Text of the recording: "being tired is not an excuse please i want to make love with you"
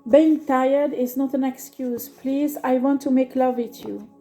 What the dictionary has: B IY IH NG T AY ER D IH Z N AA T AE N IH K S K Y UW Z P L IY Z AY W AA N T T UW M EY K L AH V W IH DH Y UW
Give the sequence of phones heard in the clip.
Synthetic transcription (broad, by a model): B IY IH NG T AY ER D IH Z N AA T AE N IH K S K Y UW Z P L IY Z AY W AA N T T UW M EY K L AH V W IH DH Y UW